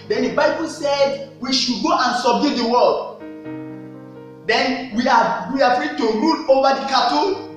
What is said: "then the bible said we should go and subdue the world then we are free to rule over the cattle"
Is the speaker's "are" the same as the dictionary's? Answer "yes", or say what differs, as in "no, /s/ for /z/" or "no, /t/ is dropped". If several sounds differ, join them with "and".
no, /w/ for /ɹ/